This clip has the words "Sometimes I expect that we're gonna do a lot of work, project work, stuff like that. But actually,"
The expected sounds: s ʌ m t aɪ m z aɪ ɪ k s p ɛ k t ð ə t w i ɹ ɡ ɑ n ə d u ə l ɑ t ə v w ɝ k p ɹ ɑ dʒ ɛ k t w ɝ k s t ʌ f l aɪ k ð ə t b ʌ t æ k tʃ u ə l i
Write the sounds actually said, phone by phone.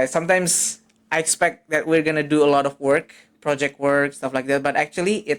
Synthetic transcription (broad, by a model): s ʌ m t aɪ m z aɪ ɪ k s p ɛ k t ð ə t w i ɹ ɡ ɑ n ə d u ə l ɑ t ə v w ɝ k p ɹ ɑ dʒ ɛ k t w ɝ k s t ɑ f l aɪ k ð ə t b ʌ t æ k tʃ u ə l i